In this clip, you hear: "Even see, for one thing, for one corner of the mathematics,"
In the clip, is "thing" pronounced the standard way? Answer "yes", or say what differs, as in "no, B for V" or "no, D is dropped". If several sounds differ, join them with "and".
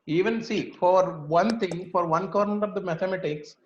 no, T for TH